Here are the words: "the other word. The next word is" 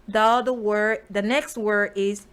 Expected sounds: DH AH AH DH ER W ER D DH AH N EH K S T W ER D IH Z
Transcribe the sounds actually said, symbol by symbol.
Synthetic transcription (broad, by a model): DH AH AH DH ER W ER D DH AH N EH K S T W ER D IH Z